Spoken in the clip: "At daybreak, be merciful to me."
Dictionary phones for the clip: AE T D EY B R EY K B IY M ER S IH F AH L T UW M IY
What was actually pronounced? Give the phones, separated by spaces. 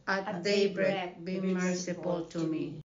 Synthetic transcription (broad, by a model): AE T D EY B R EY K B IY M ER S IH P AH L T UW M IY